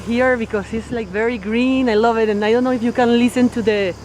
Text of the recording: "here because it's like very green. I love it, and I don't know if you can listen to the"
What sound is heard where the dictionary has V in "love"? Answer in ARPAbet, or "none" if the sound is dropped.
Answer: V